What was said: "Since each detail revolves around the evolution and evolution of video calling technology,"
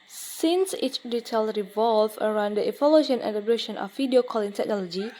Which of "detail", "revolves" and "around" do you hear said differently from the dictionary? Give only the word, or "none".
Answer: revolves